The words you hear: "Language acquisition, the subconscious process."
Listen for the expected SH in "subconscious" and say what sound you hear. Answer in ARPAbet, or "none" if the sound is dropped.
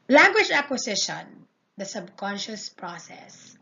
SH